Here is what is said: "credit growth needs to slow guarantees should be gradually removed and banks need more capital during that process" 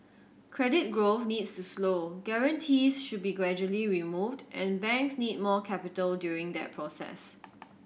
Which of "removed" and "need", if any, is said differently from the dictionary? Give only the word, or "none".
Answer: none